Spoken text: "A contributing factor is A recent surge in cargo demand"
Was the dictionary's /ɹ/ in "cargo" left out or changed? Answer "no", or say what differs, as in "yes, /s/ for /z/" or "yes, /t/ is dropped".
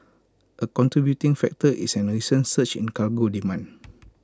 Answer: yes, /l/ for /ɹ/